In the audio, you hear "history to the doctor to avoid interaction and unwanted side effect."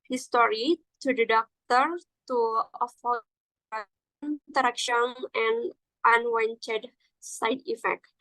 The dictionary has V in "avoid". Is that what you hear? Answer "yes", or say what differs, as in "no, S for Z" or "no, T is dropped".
no, F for V